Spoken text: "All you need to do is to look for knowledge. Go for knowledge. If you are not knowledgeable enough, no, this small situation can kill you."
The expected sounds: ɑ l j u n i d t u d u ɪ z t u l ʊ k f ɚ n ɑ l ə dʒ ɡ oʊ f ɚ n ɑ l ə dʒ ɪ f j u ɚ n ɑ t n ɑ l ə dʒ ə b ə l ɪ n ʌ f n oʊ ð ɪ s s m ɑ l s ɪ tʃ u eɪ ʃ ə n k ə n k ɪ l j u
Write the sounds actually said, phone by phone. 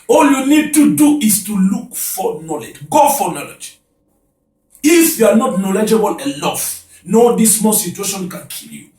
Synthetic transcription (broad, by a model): ɑ l j u n i d t u d u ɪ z t u l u k f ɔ n ɑ l ə dʒ ɡ oʊ f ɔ n ɑ l ə dʒ ɪ f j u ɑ n ɑ t n ɑ l ə dʒ ə b ə l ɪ l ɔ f n oʊ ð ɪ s s m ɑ s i tʃ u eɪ ʃ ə n k ə n k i l j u